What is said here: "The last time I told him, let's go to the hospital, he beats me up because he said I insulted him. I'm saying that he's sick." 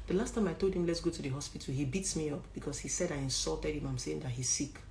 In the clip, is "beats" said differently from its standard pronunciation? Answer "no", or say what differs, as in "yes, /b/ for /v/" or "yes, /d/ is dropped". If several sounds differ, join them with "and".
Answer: no